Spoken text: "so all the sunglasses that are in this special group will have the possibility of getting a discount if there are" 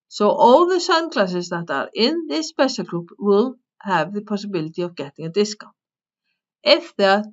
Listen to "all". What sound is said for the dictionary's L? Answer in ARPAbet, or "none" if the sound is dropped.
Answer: W